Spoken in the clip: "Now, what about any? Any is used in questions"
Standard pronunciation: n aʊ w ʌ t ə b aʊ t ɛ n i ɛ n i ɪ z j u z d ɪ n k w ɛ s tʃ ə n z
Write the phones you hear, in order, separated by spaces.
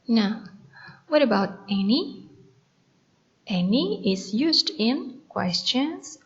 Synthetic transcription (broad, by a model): n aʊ w ʌ t ə b aʊ t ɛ n i ɛ n i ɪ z j u z d ɪ n k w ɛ s tʃ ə n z